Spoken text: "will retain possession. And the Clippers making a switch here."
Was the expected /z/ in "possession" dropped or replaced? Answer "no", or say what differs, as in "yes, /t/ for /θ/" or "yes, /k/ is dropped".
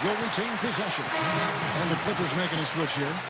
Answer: no